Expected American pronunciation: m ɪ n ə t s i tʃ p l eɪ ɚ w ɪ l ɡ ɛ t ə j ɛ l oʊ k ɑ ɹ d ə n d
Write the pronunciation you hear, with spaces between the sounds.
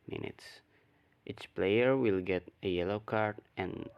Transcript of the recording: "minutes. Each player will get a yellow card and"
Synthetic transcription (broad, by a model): m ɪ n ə t s i tʃ p l eɪ ɚ w ɪ l ɡ ɛ t ə j ɛ l oʊ k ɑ ɹ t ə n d